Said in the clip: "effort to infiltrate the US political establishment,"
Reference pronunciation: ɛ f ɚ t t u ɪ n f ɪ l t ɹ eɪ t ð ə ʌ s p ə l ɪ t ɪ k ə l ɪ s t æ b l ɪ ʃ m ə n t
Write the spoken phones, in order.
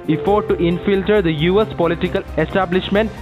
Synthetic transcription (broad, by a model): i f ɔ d t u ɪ n f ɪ l t ʌ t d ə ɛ s p ə l ɪ t ɪ k ə l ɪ s t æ b l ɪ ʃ m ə n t